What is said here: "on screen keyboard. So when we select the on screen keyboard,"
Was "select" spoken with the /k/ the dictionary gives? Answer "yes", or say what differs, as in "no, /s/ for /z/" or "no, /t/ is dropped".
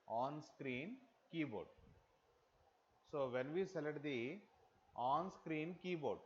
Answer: no, /k/ is dropped